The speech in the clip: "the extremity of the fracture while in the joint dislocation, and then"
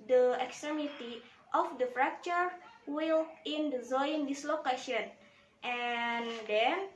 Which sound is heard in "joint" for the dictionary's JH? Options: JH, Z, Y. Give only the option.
Z